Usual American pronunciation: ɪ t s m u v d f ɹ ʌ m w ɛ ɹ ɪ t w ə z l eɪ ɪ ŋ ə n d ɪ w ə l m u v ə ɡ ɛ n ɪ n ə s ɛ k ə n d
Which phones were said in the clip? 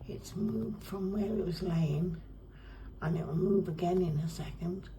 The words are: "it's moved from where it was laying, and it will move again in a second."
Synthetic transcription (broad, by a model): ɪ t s m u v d f ɹ ʌ m w ɛ ɹ ɪ t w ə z l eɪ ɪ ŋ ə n ɪ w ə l m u b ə ɡ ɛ n ɪ n ə s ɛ k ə n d